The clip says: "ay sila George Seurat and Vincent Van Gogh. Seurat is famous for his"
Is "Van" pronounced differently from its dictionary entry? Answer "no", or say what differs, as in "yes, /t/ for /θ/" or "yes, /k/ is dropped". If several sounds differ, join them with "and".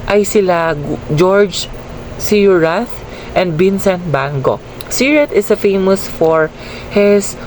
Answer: yes, /b/ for /v/